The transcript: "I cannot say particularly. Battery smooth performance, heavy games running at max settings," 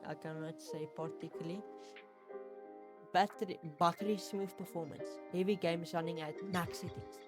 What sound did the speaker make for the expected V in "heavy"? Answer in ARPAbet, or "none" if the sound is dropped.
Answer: V